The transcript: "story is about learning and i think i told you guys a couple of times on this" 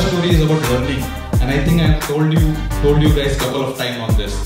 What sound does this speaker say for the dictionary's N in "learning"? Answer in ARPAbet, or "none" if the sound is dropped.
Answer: L